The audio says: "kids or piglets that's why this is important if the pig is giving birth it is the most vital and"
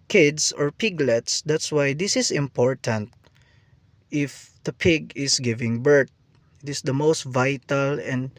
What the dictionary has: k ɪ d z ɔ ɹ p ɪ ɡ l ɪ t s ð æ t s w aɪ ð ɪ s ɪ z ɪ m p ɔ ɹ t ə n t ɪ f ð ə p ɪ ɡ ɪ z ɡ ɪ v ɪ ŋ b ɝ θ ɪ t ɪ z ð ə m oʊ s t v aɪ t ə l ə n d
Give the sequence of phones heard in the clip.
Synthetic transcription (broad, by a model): k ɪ d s ɔ ɹ p ɪ ɡ l ɪ t s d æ t s w aɪ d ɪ s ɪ s ɪ m p ɔ ɹ t ə n t ɪ f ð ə p ɪ ɡ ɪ s ɡ ɪ v ɪ ŋ b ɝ t ɪ t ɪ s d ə m oʊ s t v aɪ t ə l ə n d